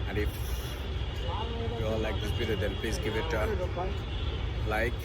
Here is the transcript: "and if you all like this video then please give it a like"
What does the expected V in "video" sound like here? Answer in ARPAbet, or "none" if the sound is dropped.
B